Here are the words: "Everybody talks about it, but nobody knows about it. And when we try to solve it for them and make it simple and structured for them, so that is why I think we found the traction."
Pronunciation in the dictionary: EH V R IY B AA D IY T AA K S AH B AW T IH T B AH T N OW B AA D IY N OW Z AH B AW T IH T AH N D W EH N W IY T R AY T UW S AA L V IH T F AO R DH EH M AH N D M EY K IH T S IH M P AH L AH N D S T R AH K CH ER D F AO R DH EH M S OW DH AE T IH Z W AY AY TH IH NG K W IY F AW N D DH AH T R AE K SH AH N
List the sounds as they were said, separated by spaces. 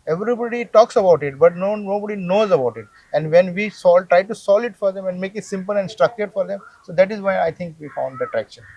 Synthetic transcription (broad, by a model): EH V R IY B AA D IY T AA K S AH B AW T IH T B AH T N OW B AA D IY N OW Z AH B AW T IH T AH N D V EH N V IY T R AY T UW S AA L IH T F AO R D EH M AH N D M EY K IH T S IH M P AH L AH N D S T R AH K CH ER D F AO R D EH M S OW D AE T IH Z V AY AY T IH NG K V IY F AW N D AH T R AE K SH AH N